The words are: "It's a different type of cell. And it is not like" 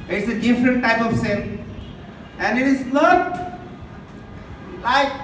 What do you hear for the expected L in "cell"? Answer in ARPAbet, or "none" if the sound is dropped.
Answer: N